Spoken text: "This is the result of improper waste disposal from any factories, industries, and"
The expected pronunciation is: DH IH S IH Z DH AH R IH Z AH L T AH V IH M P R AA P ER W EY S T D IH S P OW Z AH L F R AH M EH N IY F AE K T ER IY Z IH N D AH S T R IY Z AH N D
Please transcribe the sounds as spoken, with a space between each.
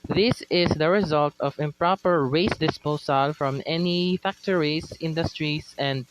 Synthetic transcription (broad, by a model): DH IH S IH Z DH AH R IH Z AH L T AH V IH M P R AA P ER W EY S D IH S P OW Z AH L F R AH M EH N IY F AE K T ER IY S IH N D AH S T R IY S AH N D